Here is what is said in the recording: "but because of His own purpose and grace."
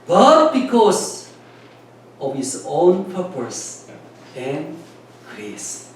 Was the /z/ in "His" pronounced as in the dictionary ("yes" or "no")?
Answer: no